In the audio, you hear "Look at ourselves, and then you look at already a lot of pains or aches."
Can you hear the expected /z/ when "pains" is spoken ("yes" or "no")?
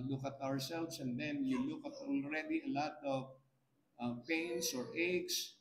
no